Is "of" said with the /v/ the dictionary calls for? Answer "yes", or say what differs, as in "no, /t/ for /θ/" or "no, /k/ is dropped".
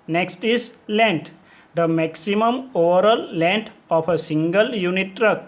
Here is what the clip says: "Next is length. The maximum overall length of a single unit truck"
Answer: no, /p/ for /v/